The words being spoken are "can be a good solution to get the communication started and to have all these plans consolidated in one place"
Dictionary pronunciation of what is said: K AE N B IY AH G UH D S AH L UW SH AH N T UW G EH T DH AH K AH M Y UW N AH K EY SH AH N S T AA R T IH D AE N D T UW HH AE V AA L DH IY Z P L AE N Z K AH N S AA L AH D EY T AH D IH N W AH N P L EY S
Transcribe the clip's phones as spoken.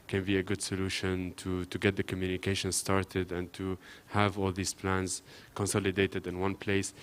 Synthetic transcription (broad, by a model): K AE N B IY AH G UH D S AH L UW SH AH N T UW G EH T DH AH K AH M Y UW N AH K EY SH AH N S T AA R T IH D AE N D T UW HH AE V AA L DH IY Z P L AE N Z K AH N S AA L AH D EY T AH D IH N W AH N P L EY S